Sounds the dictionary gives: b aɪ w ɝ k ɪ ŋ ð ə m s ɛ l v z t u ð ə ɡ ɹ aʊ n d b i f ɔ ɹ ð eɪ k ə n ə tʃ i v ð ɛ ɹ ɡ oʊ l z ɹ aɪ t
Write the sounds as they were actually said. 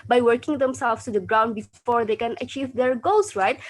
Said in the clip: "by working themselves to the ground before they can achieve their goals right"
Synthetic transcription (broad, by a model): b aɪ w ɝ k ɪ ŋ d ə m s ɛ l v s t u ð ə ɡ ɹ aʊ n d b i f ɔ ɹ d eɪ k ə n ə tʃ i v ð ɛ ɹ ɡ oʊ l s ɹ aɪ t